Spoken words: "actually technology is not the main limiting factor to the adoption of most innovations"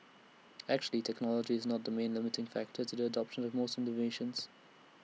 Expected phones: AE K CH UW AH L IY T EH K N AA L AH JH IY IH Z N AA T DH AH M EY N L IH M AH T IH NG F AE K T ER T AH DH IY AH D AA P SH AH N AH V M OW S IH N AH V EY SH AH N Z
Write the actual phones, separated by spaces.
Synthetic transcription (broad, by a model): AE K CH UW AH L IY T EH K N AA L AH JH IY IH Z N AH T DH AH M EY N L IH M AH T IH NG F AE K T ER T AH DH IY AH D AA P SH AH N AH V M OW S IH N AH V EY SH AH N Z